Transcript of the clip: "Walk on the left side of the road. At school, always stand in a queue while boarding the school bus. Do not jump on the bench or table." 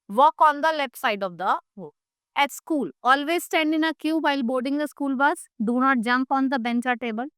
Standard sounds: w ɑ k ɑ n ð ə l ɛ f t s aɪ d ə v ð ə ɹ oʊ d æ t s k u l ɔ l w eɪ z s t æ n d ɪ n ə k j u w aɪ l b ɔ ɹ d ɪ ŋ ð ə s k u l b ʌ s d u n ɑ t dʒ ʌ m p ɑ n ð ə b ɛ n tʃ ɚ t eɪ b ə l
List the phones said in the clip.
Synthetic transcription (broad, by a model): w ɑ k ɑ n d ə l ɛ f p s aɪ d ə v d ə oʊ æ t s k u l ɔ l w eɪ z s t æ n d ɪ n ə k j u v aɪ l b ɔ ɹ d ɪ ŋ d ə s k u l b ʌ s d u n ɑ t dʒ ʌ m p ɑ n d ə b ɛ n tʃ ɚ t eɪ b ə l